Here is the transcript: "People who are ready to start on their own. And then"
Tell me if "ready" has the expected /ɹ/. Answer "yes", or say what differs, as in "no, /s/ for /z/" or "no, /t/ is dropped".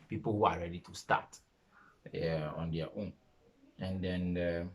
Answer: yes